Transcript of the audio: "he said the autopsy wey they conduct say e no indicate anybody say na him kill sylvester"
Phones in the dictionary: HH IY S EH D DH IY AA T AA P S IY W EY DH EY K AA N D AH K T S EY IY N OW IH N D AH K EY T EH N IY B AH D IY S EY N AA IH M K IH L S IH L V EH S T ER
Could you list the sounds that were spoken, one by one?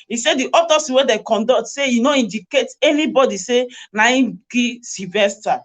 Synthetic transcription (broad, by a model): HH IY S EH D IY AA T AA S W EY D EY K AA N D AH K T S EY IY N OW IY N D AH K EY T EH N IY B AH D IY S EY N AA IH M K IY S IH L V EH S T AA